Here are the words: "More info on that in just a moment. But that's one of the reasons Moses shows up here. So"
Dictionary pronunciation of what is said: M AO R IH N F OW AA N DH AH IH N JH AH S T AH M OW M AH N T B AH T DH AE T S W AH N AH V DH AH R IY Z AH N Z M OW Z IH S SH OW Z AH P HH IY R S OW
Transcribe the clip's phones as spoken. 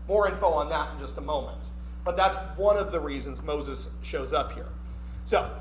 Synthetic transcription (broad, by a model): M AO R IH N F OW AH N DH AH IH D JH AH S T AH M OW M AH N T B AH T DH AE T S W AH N AH V DH AH R IY Z AH N Z M OW Z IH S SH OW Z AH P HH IY R S OW